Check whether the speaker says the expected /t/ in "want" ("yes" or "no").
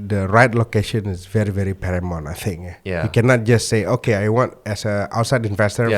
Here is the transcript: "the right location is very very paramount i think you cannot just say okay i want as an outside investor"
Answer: yes